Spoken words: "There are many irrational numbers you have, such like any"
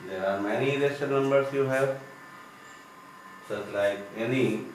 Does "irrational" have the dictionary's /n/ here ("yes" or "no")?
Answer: no